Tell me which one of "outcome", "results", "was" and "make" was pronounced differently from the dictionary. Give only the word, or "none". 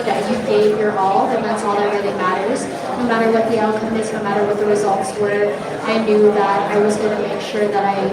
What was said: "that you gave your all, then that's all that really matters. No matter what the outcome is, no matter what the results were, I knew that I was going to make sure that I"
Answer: none